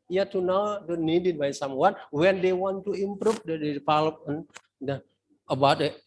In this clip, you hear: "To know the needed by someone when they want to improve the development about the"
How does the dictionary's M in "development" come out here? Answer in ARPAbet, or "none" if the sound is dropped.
none